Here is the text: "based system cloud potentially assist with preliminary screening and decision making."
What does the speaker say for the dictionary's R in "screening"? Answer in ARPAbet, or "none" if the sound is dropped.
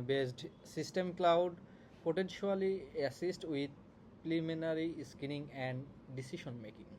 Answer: none